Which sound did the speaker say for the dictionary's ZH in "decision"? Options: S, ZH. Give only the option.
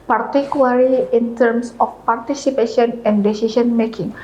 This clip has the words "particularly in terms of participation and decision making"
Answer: S